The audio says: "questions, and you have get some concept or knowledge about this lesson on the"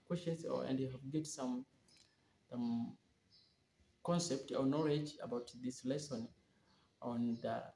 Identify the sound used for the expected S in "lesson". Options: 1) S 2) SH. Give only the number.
1